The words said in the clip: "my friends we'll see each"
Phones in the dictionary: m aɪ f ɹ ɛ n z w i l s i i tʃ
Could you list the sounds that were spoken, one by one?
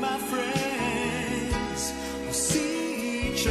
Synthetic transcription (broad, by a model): m aɪ f ɹ ɛ n z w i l s i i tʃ